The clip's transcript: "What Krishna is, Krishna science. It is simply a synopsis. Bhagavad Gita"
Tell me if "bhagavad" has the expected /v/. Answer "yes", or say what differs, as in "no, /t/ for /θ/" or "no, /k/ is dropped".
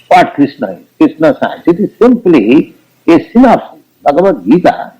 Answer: no, /b/ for /v/